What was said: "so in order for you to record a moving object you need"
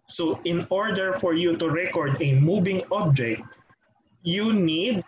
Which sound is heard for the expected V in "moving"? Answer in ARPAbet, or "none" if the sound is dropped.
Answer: B